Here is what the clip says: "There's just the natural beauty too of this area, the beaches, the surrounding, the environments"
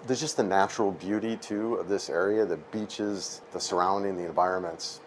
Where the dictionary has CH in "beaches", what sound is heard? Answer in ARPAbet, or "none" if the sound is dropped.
CH